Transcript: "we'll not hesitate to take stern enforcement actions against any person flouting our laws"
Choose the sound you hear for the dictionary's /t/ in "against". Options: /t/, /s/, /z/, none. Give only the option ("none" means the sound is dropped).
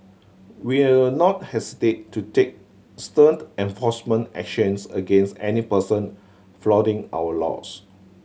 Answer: /t/